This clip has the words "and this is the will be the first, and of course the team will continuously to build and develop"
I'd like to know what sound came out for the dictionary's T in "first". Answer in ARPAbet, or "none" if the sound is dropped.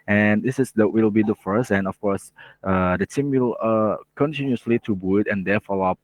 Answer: none